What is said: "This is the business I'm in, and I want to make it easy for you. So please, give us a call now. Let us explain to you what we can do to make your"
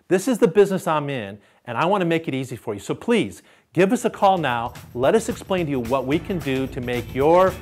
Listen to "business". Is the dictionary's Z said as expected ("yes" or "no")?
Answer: yes